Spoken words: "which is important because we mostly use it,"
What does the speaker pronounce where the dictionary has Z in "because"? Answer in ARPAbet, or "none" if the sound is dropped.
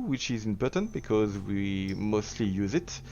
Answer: Z